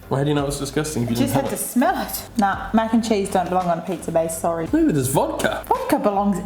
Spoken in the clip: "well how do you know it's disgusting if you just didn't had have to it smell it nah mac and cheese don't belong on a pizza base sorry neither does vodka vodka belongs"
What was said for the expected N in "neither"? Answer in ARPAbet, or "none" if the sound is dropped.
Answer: L